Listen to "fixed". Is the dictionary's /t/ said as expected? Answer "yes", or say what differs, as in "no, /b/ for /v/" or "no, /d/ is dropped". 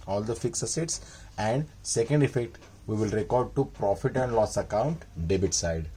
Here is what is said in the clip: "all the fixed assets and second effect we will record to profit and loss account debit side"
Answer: no, /t/ is dropped